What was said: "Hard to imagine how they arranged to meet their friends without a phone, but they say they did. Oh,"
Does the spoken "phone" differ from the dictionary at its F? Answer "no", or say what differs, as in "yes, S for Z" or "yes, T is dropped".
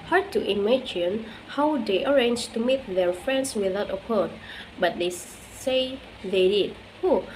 yes, P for F